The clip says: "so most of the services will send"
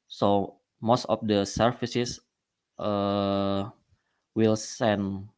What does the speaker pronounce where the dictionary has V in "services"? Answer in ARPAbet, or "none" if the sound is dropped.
F